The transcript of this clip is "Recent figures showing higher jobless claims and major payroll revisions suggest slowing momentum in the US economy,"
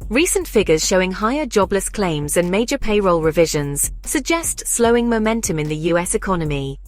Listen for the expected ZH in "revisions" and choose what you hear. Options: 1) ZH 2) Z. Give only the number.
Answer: 1